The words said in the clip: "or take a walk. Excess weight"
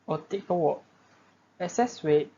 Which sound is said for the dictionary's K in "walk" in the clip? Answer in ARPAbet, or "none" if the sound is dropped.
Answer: none